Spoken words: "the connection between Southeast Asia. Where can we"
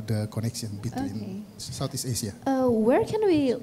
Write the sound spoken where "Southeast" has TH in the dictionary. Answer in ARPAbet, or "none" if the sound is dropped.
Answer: T